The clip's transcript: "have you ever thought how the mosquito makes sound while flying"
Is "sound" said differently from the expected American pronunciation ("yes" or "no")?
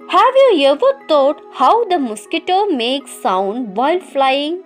no